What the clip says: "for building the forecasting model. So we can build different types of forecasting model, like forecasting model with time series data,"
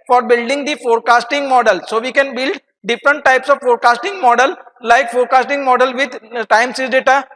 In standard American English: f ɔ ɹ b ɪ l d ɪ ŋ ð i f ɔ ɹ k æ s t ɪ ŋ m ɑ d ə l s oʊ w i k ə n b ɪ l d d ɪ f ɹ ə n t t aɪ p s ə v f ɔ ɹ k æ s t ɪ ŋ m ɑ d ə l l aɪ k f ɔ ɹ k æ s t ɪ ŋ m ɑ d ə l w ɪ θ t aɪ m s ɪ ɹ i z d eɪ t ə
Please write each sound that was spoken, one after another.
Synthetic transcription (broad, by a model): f ɔ ɹ b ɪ l d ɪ ŋ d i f ɔ ɹ k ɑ s t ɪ ŋ m ɑ d ə l s oʊ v i k ə n b ɪ l d d ɪ f ɹ ə n t t aɪ p s ə v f ɔ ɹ k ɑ s t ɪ ŋ m ɑ d ə l l aɪ k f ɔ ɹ k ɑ s t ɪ ŋ m ɑ d ə l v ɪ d t aɪ m s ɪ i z d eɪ t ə